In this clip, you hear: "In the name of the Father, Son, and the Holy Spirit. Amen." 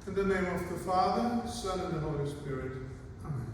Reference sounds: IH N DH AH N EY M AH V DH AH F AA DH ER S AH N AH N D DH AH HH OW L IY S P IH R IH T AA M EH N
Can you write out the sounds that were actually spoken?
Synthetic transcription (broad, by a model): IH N DH AH N EY M AH V DH AH F AA DH ER S AH N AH N DH AH HH OW L IY S P IH R IH T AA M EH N